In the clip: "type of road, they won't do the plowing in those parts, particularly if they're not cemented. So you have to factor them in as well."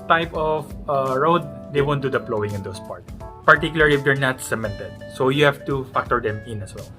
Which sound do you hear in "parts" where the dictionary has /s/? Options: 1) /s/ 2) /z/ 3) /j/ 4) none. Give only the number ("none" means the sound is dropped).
4